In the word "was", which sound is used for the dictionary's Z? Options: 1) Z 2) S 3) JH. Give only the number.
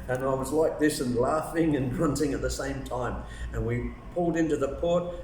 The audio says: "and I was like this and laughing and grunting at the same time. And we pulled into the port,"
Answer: 1